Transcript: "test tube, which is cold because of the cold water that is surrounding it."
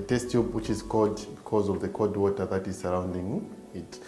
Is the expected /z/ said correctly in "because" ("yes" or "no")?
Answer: yes